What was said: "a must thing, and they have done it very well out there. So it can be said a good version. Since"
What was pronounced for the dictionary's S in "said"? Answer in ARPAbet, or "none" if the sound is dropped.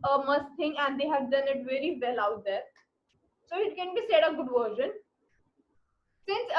S